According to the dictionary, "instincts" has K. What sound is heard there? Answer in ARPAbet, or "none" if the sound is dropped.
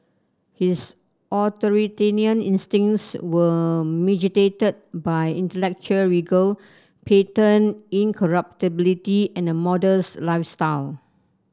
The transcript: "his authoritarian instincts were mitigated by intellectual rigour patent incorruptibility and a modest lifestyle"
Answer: none